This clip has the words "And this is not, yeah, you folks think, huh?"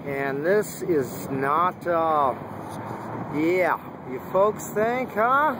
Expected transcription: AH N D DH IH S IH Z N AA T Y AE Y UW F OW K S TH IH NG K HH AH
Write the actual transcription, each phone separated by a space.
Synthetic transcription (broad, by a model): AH N DH IH S IH Z N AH T Y AE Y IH F OW K S TH IH NG K HH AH